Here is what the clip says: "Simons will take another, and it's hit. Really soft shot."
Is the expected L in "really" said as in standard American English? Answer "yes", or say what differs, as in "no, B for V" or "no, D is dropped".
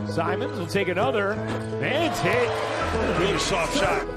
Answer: no, L is dropped